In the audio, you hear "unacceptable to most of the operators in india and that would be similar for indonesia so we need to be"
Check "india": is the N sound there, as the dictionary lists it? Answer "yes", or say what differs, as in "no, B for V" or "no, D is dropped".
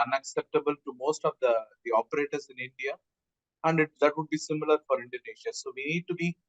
yes